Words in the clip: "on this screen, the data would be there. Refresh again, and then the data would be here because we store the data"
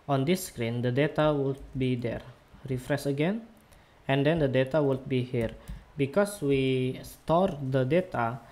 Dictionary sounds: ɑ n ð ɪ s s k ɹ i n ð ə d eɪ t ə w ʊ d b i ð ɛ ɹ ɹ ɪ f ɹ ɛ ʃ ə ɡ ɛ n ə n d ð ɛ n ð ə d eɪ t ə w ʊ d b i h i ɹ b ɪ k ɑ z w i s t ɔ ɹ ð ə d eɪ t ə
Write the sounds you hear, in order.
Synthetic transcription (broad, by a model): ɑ n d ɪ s s k ɹ i n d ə d eɪ t ə w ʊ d b i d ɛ ɹ ɹ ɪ f ɹ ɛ s ə ɡ ɛ n ə n d ɛ n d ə d eɪ t ə w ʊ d b i h i ɹ b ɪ k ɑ s w i s t ɔ ɹ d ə d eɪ t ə